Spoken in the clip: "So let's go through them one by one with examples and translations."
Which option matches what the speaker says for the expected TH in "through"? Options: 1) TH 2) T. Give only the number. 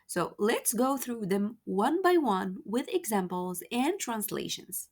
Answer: 1